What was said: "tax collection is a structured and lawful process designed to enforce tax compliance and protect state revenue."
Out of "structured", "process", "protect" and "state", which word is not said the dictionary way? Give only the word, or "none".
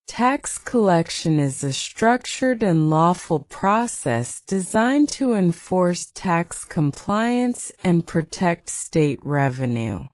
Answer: none